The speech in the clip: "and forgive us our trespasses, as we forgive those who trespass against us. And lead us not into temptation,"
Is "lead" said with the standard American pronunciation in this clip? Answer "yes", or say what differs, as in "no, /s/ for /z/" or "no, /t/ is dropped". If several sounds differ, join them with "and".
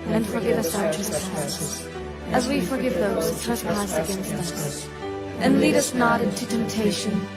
yes